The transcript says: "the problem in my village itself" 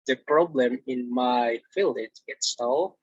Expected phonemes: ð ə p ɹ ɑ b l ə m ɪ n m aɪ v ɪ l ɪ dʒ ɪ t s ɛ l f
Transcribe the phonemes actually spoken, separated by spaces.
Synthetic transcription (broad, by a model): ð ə p ɹ ɑ b l ə m ɪ n m aɪ f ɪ l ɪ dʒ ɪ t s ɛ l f